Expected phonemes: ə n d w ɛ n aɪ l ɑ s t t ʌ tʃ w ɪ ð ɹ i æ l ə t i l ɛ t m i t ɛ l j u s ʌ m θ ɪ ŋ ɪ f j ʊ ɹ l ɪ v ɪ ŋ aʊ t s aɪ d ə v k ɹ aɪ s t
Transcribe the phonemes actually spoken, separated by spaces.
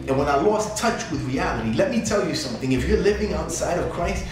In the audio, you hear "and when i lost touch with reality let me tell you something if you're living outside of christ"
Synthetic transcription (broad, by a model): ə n w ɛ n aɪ l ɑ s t t ʌ tʃ w ɪ ð ɹ i æ l ə t i l ɛ t m i t ɛ l j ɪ s ʌ m θ ɪ ŋ ɪ f j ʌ ɹ l ɪ v ɪ ŋ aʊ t s aɪ d ə v k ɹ aɪ s t